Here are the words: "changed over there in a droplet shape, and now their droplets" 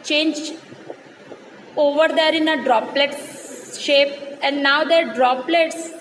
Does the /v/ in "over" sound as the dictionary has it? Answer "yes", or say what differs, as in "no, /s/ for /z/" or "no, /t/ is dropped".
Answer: yes